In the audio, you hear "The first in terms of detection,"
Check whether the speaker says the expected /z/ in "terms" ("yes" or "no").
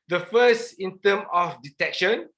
no